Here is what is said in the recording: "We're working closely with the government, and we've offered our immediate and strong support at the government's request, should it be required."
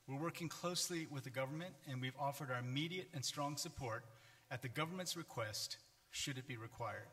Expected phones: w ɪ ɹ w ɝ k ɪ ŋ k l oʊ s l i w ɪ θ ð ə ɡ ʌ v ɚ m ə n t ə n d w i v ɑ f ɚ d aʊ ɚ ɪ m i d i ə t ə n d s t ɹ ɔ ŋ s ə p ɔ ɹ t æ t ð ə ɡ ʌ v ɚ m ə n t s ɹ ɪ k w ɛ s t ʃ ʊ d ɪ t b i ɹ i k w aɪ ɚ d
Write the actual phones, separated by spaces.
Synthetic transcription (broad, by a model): w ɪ ɹ w ɝ k ɪ ŋ k l oʊ s l i w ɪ ð ə ɡ ʌ v ɚ m ə n t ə n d w i v ɑ f ɚ d aʊ ɚ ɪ m i d i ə t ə n s t ɹ ɔ ŋ s ə p ɔ ɹ t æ t ð ə ɡ ʌ v ɚ m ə n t s ɹ ɪ k w ɛ s t ʃ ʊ d ɪ t b i ɹ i k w aɪ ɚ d